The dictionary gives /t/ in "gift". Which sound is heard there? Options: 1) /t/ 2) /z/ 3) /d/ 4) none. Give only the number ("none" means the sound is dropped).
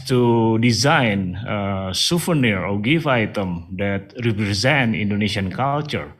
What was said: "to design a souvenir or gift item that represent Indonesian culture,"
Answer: 4